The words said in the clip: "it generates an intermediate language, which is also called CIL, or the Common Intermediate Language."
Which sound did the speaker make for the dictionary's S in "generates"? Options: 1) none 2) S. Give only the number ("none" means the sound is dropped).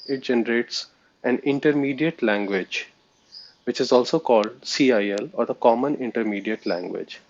2